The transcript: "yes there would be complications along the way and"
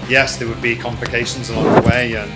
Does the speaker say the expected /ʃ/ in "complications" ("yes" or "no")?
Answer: yes